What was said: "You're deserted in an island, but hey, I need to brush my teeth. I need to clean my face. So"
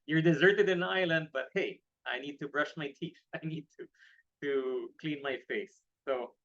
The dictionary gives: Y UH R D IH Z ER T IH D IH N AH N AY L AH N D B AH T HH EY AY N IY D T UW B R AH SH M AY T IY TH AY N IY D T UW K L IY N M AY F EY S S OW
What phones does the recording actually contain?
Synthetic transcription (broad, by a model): Y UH R D IH Z ER T IH D IH N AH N AY L AH N D B AH T HH EY AY N IY D T UW B R AH SH M AY T IY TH AY N IY D T UW K L IY N M AY F EY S S OW